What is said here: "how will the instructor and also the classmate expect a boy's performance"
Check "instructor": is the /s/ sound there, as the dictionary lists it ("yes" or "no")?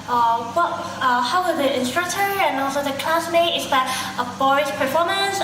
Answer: yes